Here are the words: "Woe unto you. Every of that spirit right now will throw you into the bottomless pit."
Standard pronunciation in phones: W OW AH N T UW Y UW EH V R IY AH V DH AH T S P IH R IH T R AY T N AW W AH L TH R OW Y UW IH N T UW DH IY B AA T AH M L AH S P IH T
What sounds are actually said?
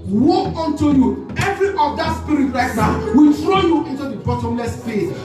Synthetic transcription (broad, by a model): W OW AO N T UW Y UW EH V R IY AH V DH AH T S P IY R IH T L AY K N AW W AH L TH R OW Y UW IH N T UW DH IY B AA T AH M L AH S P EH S